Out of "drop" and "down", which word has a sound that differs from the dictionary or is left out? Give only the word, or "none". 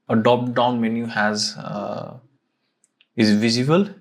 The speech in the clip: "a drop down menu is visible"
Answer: drop